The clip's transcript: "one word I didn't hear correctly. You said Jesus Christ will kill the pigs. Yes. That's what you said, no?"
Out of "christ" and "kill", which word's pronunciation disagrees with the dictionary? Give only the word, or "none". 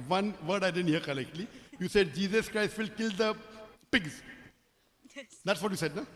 none